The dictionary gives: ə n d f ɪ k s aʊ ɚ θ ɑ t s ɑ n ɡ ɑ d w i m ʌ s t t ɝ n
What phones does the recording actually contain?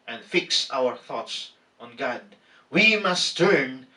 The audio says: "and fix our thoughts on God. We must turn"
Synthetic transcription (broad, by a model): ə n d f ɪ k s aʊ ɚ θ ɑ t s ɑ n ɡ ɑ d w i m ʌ s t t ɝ n